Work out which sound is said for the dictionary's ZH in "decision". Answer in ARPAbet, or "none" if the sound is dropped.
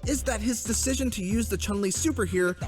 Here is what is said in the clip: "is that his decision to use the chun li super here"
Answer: ZH